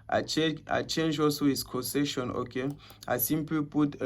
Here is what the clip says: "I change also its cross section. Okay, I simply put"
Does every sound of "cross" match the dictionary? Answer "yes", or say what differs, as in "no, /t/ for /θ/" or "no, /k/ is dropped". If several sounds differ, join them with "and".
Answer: no, /ɹ/ is dropped